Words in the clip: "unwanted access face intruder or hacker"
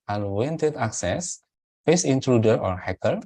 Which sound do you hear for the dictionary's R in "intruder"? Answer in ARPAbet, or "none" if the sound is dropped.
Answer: R